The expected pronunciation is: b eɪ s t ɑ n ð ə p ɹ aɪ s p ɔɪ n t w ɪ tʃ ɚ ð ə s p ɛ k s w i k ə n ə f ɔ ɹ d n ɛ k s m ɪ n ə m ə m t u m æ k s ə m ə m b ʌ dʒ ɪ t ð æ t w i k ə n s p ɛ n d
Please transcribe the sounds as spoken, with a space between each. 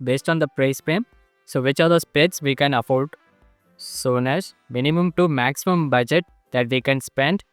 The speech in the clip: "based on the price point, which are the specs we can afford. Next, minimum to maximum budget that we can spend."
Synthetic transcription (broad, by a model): b eɪ s t ɑ n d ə p ɹ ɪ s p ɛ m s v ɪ tʃ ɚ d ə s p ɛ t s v i k ə n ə f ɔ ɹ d n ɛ s m ɪ n ə m ə m t u m æ k s ə m ə m b ʌ dʒ ɪ t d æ t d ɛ k ə n s p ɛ n d